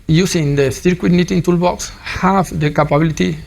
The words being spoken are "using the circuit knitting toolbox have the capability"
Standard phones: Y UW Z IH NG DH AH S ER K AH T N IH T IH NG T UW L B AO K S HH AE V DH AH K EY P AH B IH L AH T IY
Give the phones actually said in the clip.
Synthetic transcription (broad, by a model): Y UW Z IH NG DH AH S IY K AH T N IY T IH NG T UW L B AO K S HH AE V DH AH K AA P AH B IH L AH T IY